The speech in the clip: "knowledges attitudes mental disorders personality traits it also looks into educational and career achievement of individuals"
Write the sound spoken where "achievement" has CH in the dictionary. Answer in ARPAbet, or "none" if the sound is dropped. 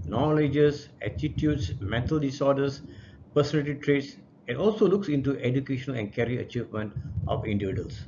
CH